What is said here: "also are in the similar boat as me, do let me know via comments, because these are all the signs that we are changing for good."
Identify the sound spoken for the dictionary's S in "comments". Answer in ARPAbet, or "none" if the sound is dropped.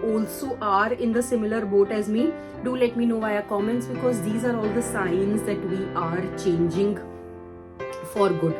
S